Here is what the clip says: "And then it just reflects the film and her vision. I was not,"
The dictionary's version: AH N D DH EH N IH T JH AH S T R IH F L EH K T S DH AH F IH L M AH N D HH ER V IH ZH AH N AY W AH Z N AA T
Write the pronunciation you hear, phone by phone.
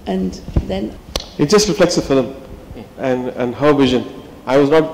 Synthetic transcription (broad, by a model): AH N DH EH N IH T JH AH S T R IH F L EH K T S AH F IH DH M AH N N HH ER V IH ZH AH N AY W AH Z N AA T